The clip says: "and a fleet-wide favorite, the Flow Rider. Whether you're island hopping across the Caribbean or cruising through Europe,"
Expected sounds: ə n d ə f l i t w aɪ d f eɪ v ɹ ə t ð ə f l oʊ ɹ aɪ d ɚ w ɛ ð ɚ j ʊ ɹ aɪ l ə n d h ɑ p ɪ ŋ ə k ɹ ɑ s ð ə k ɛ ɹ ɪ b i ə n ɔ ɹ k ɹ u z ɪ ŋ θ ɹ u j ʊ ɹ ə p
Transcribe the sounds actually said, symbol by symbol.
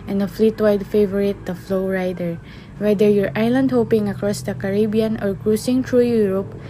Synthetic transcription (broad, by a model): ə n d ə f l i t w aɪ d f eɪ v ɹ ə t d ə f l oʊ ɹ aɪ d ɚ w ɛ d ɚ j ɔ ɹ aɪ l ə n d h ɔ p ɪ ŋ ə k ɹ ɑ s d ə k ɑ ɹ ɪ b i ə n ɔ ɹ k ɹ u s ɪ ŋ t ɹ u j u ɹ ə p